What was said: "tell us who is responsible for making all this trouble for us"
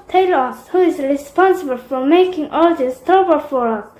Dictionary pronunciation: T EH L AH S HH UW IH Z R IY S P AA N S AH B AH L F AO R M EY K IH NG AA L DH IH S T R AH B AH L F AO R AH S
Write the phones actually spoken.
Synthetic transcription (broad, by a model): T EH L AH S HH UW IH Z R IY S P AA N S AH B AH L F AO R M EY K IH NG AA L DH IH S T AO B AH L F AO R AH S